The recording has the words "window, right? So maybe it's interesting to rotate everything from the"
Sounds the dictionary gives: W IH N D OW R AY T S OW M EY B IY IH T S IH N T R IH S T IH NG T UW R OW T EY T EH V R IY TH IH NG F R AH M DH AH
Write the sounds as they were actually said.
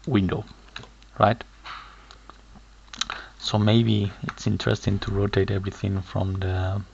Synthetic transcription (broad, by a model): W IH N D OW R AY T S OW M EY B IY IH T S IH N T R IH S T IH NG T UW R OW T EY T EH V R IY TH IH NG F R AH M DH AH